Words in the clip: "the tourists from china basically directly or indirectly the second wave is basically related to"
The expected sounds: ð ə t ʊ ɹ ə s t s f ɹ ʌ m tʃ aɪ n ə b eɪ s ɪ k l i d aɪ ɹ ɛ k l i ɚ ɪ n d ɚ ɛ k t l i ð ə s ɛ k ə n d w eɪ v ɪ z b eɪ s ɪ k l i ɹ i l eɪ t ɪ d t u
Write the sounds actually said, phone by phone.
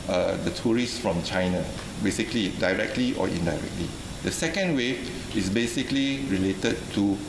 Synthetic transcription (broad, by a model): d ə t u ɹ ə s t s f ɹ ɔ m tʃ aɪ n ə b eɪ s ɪ k l i d aɪ ɹ ɛ k l i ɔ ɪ n d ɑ ɛ k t l i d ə s ɛ k ə n d w eɪ ɪ s b eɪ s ɪ k l i ɹ i l eɪ t ɪ d t u